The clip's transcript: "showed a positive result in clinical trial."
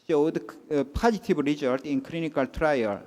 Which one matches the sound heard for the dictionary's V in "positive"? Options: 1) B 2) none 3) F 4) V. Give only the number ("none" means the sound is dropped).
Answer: 1